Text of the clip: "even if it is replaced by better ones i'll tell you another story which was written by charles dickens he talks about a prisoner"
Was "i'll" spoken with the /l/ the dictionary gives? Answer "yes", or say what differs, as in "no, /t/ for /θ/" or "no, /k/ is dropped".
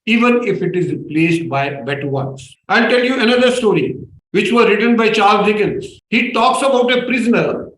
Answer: no, /n/ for /l/